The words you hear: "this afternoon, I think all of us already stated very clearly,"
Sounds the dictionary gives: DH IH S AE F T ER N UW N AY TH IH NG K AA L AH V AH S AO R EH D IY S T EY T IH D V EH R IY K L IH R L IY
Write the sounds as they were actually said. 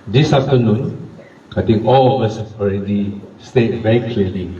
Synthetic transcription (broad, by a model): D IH S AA F T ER N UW N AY T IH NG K AA L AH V AH S AO R EH D IY S T EY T V EH R IY K L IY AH L IY